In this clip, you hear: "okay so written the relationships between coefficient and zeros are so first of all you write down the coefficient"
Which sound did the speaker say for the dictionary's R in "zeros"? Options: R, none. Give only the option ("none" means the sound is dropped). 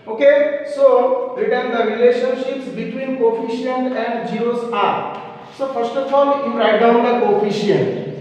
none